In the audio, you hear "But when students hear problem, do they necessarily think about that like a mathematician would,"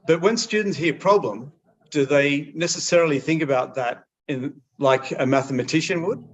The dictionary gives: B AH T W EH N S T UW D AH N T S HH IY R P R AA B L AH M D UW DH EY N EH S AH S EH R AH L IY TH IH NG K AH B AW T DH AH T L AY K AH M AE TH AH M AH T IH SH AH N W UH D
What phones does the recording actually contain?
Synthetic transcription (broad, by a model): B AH T W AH N S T UW D N T S HH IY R P R AA B L AH M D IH DH EY N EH S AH S EH R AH L IY TH IH NG K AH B AW T DH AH T L AY K AH M AE TH AH M AH T IH SH AH N W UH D